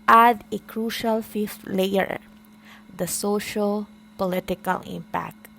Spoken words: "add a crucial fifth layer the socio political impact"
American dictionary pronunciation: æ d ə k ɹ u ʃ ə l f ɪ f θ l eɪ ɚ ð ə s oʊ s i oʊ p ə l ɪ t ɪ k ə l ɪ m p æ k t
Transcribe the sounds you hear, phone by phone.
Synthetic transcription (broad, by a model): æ d ə k ɹ u ʃ ə l f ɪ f t l eɪ ɚ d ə s oʊ ʃ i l p ə l ɪ t ɪ k ə l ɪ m p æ k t